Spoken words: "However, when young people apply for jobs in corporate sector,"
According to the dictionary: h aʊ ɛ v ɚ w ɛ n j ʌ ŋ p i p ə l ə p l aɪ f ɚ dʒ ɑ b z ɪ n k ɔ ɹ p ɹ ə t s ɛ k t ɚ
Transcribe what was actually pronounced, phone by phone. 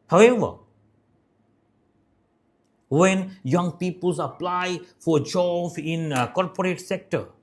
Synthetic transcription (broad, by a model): h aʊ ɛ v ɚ w ɛ n j ʌ ŋ p i p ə l ə p l aɪ f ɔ dʒ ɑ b ɪ n k ɔ ɹ p ɹ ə t s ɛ k t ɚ